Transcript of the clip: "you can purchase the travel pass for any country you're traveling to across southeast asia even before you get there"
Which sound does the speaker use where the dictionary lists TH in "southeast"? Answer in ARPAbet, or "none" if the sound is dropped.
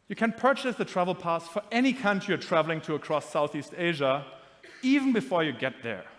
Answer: TH